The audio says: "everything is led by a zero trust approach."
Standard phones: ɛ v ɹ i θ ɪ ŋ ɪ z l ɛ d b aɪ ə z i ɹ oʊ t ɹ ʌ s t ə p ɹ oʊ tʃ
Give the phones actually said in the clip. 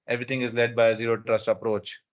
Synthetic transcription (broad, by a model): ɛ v ɹ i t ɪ ŋ ɪ z l ɛ d b aɪ ə z i ɹ oʊ t ɹ ʌ s t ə p ɹ oʊ tʃ